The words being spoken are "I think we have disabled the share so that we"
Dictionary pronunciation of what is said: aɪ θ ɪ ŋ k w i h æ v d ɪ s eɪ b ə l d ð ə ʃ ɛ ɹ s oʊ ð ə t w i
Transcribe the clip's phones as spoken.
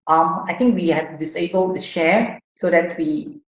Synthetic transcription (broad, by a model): aɪ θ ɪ ŋ k w i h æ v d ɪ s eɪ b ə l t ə ʃ ɛ ɹ s oʊ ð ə t w i